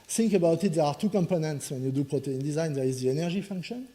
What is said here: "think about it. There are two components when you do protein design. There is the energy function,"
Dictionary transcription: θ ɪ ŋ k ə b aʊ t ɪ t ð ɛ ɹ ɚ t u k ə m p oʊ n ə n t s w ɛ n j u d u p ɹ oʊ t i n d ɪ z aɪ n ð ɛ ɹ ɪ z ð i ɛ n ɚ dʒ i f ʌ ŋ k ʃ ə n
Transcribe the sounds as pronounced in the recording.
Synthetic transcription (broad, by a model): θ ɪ ŋ k ə b aʊ t ɪ t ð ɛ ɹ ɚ t u k ə m p oʊ n ə n t s w ɛ n j u d u p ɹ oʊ t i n d ɪ z aɪ n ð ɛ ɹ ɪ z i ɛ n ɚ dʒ i f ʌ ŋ k ʃ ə n